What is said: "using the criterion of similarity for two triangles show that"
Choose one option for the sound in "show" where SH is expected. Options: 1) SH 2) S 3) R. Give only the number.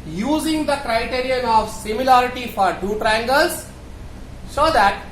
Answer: 2